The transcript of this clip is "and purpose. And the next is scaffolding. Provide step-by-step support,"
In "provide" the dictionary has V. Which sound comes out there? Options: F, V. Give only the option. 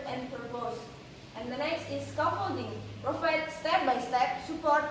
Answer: F